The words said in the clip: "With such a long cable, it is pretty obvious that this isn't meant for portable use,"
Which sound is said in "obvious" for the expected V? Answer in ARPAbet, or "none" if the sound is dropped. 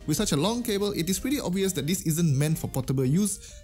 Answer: V